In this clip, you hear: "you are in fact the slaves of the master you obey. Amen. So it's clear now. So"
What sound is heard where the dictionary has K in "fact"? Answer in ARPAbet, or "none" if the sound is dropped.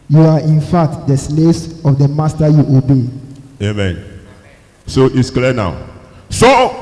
none